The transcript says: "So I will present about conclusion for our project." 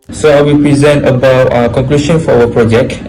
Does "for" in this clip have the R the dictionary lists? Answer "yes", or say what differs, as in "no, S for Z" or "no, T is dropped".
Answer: no, W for R